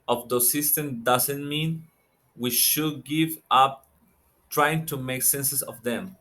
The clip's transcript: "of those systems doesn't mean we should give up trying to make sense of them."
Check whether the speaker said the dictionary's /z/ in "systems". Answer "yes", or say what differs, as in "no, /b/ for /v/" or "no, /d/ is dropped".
no, /z/ is dropped